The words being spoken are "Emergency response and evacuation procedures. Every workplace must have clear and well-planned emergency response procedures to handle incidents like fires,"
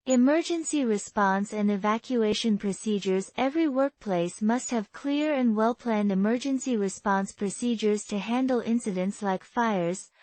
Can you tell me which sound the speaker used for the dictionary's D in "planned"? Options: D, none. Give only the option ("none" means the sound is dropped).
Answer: D